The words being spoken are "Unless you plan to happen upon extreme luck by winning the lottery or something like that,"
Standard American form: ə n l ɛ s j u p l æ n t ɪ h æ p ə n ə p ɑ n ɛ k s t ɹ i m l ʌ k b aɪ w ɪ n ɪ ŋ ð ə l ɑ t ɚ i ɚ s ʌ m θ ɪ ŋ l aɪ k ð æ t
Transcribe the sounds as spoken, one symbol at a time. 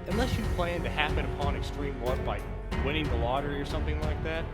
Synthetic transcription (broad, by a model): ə n l ɛ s j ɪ p l æ n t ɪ h æ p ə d ə p ɑ n ɛ k s t ɹ i m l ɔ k b aɪ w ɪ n ɪ ŋ ð ə l ɑ t ɚ i ɚ s ʌ m θ ɪ ŋ l aɪ k ð æ t